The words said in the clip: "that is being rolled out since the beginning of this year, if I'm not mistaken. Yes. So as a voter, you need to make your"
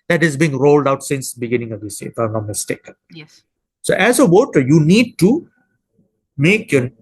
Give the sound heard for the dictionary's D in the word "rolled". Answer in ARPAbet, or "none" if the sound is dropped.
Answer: D